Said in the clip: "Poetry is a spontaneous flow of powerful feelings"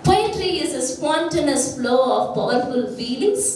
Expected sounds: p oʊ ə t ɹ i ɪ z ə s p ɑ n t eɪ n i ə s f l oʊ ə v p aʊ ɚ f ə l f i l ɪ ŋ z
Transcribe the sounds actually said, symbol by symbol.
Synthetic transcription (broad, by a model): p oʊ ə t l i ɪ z ə s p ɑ n t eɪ n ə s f l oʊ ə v b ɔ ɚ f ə l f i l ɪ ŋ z